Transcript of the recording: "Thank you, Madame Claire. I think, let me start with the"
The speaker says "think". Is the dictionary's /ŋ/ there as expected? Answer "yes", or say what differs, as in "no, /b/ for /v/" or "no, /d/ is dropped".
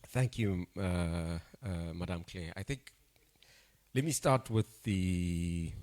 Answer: yes